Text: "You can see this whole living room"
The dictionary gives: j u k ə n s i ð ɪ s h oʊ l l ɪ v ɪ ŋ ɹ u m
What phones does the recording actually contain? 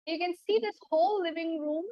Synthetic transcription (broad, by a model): j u k ə n s i ð ɪ s h oʊ l l ɪ v ɪ ŋ ɹ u m